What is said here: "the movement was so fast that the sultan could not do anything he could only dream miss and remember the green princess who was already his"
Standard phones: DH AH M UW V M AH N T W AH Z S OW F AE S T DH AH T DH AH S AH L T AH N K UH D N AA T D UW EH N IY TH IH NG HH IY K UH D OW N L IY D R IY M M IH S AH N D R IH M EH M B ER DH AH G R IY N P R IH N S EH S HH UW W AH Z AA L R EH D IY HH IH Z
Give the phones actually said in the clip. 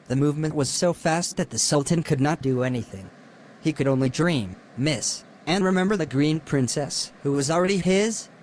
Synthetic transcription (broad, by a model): DH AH M UW V M AH N T W AH Z S OW F AE S T DH AH T DH AH S AH L T AH N K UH D N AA T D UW EH N IY TH IH NG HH IY K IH D OW N L IY D R IY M M IH S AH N R IH M EH M B ER DH AH G R IY N P R IH N S EH S HH UW W AH Z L R EH D IY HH IH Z